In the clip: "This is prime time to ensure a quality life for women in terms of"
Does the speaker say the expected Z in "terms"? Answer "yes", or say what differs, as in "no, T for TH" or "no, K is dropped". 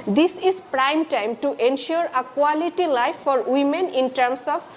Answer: no, S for Z